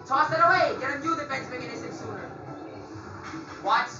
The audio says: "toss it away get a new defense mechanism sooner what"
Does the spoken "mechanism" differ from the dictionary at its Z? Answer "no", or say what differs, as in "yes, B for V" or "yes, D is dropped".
yes, S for Z